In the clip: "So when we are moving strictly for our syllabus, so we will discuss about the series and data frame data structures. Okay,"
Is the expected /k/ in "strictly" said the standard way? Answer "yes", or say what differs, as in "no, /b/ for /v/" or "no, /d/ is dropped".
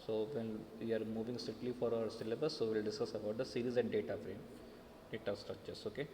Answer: no, /k/ is dropped